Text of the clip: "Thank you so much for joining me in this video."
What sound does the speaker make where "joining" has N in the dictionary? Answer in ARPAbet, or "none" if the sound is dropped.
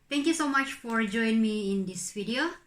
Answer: none